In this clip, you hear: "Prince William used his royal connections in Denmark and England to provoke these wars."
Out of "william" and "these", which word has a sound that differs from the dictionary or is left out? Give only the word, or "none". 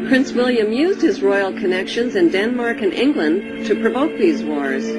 none